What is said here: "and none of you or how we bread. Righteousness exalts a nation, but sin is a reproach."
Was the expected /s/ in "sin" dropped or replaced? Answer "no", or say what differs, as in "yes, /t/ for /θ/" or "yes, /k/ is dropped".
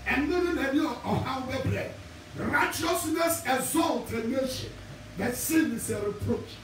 no